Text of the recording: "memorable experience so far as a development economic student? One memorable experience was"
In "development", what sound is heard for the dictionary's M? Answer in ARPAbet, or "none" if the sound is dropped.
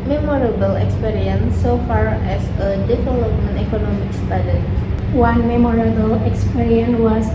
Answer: none